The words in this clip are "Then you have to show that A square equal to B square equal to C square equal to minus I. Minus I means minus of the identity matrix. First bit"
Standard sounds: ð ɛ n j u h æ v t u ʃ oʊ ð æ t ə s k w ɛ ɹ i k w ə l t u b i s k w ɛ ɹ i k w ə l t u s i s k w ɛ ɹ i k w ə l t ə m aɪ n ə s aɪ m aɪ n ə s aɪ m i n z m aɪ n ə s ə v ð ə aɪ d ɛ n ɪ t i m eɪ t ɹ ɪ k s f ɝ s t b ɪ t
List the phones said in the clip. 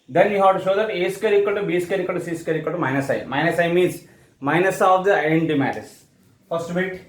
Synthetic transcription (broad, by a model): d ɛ n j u h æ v t u ʃ oʊ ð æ t ə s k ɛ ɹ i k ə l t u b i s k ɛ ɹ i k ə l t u s i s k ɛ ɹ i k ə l t ə m aɪ n ə s aɪ m aɪ n ə s aɪ m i n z m aɪ n ə s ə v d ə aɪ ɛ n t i m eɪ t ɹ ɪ s f ɝ s t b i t